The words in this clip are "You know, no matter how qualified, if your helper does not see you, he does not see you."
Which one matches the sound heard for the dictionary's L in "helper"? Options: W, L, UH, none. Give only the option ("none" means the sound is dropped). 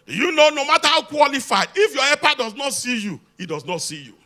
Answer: none